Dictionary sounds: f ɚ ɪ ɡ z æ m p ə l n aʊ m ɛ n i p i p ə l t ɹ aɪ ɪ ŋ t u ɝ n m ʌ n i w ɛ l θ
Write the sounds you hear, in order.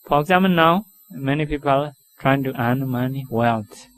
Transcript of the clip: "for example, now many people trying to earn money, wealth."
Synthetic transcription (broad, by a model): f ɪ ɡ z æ m ə n aʊ m ɛ n i p i p ə l t ɹ aɪ ɪ ŋ t u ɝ n m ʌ n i w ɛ l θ